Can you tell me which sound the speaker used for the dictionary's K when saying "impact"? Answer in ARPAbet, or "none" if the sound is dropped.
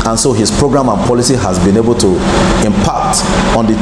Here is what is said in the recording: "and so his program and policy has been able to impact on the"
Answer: K